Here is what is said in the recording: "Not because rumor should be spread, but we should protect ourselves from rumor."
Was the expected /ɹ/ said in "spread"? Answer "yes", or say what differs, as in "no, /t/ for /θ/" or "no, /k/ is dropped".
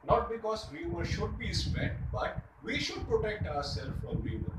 no, /ɹ/ is dropped